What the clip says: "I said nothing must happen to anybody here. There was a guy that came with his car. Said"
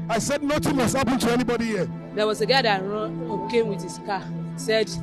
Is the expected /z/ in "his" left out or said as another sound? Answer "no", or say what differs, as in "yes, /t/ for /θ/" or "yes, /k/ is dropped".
yes, /s/ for /z/